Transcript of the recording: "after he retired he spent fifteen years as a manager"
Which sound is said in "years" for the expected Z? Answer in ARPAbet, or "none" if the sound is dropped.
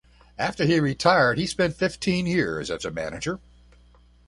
Z